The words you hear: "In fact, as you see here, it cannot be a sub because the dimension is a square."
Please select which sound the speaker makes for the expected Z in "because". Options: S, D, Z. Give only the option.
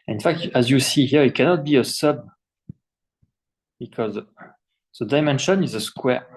Z